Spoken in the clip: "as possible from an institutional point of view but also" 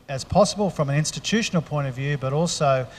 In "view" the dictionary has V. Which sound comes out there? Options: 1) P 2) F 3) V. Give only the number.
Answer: 3